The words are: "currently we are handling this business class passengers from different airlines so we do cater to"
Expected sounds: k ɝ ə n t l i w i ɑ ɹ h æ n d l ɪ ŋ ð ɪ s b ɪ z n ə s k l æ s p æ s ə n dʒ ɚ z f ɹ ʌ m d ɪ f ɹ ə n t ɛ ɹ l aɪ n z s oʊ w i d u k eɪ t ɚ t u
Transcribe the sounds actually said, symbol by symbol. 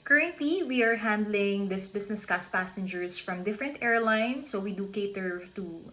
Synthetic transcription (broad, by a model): k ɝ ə n t l i w i ɑ ɹ h æ n d l ɪ ŋ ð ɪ s b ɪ s n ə s k æ s p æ s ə n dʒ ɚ s f ɹ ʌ m d ɪ f ɹ ə n t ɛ ɹ l aɪ n s oʊ w i d u k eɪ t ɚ t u